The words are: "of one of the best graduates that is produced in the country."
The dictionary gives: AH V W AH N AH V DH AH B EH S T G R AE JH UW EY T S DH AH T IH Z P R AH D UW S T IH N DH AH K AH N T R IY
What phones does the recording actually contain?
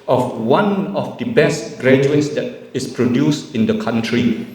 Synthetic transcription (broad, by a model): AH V W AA N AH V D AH B EH S T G R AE JH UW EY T S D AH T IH S P R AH D UW S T IH N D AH K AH N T R IY